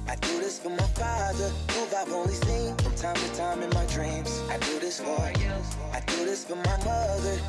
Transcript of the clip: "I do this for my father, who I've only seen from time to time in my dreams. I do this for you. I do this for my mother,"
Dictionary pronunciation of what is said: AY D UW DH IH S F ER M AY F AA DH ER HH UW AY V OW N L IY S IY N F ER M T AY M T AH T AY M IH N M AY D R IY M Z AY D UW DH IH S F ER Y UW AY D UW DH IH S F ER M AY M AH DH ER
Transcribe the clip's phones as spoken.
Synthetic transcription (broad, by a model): AY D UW DH IH S F ER M AY F AA DH ER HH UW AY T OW L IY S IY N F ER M T AY M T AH T AY M IH N M AY D R IY M Z AY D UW DH IH S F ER AY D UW DH IH S F ER M AY M AH DH ER